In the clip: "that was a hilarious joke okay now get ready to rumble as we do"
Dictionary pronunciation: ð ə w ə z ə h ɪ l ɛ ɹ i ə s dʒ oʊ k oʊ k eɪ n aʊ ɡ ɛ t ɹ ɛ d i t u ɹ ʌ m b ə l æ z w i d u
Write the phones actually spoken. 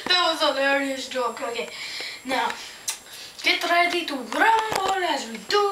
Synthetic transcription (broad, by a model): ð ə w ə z ə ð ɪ ɛ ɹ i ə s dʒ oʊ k oʊ k eɪ n aʊ ɡ ɛ t ɹ ɛ d i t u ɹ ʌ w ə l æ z w i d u